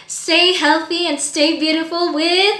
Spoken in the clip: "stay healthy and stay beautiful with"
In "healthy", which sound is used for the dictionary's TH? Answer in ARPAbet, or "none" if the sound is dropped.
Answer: TH